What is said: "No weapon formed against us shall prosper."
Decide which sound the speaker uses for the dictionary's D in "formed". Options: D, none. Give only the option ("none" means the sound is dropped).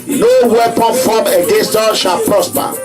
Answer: none